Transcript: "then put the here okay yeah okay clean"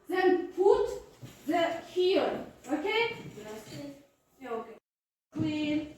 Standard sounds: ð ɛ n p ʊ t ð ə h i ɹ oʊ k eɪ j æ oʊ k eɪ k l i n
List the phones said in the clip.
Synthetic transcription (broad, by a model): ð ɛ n p ʊ t ð ə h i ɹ oʊ k eɪ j oʊ k eɪ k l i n